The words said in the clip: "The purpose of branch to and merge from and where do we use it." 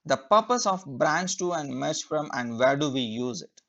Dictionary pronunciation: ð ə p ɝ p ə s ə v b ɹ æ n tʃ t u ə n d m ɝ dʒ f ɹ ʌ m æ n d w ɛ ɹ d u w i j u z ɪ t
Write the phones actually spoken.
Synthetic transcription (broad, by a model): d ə p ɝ p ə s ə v b ɹ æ n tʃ t u ə n d m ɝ tʃ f ɹ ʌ m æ n d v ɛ ɹ d u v i j u z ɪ t